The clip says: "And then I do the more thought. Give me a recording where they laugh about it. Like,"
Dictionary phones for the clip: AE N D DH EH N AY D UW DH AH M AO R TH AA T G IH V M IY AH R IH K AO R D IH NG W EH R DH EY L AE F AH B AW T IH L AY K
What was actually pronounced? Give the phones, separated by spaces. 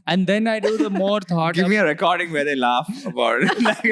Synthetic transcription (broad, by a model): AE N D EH N AY D UW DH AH M AO R T AA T G IH V M IY AH R IH K AO R D IH NG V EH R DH EY L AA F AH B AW IH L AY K